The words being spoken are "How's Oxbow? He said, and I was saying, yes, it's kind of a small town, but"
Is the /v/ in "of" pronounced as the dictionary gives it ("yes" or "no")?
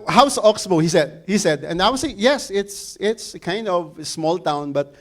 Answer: yes